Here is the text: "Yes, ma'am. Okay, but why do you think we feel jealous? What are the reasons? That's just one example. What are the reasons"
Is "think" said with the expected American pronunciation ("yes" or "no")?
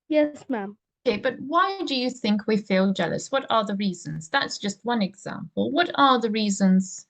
yes